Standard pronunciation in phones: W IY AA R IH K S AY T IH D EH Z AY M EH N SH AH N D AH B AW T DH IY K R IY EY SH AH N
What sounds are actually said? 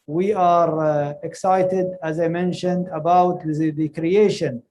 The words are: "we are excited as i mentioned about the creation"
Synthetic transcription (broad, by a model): W IY AA R IH K S AY T IH D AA Z AY M EH N SH AH N D AH B AW T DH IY K R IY EY SH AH N